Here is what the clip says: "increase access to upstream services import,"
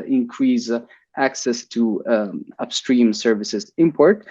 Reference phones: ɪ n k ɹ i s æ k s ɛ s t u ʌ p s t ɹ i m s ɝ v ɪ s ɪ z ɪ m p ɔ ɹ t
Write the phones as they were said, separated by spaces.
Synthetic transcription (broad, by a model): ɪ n k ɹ i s æ k s ɛ s t u ʌ p s t ɹ i m s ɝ v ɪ s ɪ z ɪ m p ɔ ɹ t